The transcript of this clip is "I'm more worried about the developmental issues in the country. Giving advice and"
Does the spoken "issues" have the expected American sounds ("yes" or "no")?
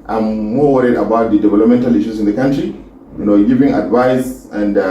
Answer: no